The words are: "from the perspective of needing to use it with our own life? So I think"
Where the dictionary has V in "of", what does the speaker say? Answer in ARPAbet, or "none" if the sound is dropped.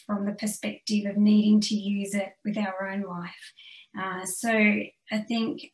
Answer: V